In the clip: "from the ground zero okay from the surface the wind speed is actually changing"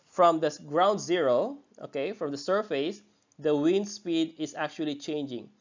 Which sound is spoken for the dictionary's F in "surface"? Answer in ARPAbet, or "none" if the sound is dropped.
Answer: F